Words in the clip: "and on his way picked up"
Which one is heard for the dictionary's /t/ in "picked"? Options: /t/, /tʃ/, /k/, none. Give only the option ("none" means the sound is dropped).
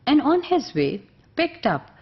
/t/